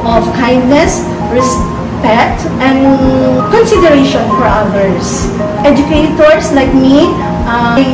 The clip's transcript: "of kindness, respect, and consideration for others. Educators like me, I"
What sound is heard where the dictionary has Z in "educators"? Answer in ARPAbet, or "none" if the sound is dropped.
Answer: S